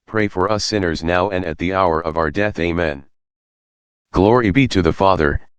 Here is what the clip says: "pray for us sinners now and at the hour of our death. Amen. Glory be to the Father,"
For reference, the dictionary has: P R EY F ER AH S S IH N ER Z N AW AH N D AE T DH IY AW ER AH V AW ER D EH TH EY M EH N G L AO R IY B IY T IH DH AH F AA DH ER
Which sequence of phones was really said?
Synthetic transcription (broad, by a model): P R EY F ER AH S S IH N ER Z N AW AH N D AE T DH IY AW ER AH V AW ER D EH TH EY M EH N G L AO R IY B IY T IH DH AH F AA DH ER